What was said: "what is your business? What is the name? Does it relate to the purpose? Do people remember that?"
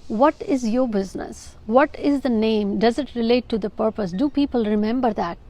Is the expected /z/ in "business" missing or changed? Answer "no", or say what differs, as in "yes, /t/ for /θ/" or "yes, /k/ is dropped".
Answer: no